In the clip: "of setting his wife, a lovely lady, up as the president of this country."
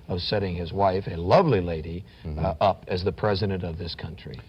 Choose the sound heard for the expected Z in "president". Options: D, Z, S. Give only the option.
Z